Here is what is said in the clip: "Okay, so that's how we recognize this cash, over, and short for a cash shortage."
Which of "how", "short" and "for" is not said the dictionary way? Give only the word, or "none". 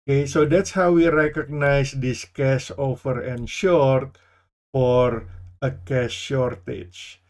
none